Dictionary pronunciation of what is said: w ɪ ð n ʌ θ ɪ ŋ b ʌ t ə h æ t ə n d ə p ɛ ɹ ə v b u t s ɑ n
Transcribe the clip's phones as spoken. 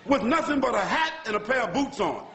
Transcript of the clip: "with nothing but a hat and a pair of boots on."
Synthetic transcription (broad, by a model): w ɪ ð n ʌ θ ɪ ŋ b ʌ t ə h æ t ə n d ə p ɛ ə b u t s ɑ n